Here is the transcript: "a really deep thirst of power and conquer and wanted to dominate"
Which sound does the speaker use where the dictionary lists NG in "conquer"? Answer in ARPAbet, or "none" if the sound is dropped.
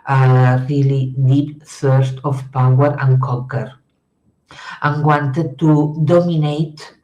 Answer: none